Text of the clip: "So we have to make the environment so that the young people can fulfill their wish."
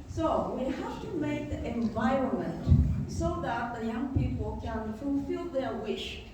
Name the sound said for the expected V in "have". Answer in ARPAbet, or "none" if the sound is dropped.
F